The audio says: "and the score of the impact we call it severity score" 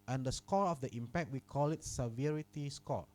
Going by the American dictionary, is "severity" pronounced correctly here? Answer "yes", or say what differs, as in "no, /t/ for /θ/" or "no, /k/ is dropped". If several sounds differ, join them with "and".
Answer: yes